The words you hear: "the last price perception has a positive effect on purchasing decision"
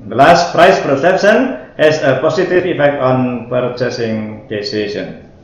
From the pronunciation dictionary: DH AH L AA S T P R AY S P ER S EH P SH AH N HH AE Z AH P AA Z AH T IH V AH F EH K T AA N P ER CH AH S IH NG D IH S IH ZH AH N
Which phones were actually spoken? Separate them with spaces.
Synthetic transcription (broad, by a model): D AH L AA S T P R AY S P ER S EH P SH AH N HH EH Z AH P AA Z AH T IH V AH F EH K T AA N P ER CH AH S IH NG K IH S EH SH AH N